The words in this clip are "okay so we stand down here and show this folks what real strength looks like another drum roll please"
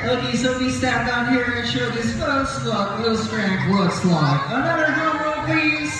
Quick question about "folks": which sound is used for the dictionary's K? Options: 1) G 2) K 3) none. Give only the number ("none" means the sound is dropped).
3